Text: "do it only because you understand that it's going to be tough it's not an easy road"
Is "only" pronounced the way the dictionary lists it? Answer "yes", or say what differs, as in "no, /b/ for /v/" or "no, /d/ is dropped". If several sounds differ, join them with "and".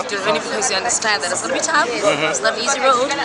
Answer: no, /l/ is dropped